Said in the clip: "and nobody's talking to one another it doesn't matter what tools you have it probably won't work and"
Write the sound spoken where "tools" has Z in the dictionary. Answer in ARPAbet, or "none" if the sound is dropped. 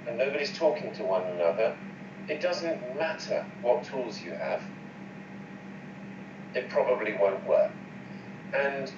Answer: Z